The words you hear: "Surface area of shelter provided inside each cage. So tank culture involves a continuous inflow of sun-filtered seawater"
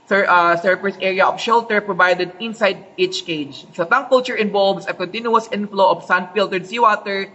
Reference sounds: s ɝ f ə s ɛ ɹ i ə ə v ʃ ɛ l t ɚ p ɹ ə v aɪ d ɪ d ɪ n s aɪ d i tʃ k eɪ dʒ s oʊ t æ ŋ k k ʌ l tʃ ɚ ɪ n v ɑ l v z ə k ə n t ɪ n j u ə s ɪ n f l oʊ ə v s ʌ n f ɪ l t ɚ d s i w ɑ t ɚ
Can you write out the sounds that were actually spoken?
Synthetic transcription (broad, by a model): s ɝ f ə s ɛ ɹ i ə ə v ʃ ɛ l t ɚ p ɹ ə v aɪ d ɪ d ɪ n s aɪ d i tʃ k eɪ dʒ ʃ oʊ t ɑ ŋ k k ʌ l tʃ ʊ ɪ n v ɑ l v s ə k ə n t ɪ n j u ə s ɪ n f l oʊ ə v s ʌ n f ɪ l t ɚ d s i w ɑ t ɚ